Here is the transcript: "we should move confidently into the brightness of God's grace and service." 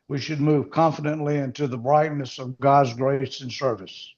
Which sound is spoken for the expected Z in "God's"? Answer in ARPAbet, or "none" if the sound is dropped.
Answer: Z